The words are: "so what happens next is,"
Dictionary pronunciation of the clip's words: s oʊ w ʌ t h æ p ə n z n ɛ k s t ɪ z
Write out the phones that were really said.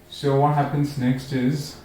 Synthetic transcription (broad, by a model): s oʊ w ʌ t h æ p ə n z n ɛ k s t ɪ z